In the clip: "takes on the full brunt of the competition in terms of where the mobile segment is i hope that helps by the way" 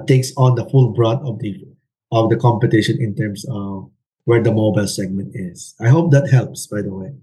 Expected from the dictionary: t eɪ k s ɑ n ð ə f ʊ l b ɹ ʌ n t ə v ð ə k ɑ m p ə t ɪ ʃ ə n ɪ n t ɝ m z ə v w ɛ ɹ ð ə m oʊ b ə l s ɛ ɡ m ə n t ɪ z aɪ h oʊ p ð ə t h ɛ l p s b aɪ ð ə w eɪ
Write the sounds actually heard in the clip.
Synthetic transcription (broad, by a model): t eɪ k s ɑ n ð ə f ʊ l b ɹ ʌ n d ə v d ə k ɑ m p ə t ɪ ʃ ə n ɪ n t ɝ m s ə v w ɛ ɹ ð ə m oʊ b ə l s ɛ ɡ m ə n t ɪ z aɪ h oʊ p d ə t h ɛ l p s b aɪ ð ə w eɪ